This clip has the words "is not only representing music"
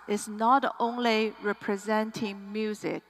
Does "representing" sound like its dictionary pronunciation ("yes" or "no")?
yes